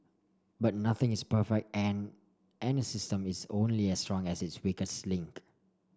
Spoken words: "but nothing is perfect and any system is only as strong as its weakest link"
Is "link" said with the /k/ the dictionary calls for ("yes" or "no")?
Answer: yes